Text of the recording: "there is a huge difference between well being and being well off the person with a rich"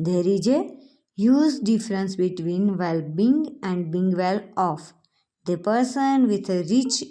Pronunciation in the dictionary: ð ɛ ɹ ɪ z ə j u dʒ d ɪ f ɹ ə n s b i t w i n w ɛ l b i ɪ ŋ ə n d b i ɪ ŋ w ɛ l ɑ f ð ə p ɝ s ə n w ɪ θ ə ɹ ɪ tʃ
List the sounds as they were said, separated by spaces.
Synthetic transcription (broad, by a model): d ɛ ɹ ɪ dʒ ə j u z d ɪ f ɹ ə n s b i t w i n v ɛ l b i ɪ ŋ ə n d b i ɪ ŋ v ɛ l ɑ f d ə p ɝ s ə n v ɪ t ə ɹ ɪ tʃ